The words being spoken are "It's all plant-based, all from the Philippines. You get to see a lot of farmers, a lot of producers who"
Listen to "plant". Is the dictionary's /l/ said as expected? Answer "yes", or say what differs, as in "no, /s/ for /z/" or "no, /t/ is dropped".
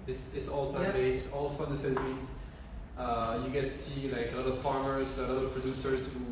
no, /l/ is dropped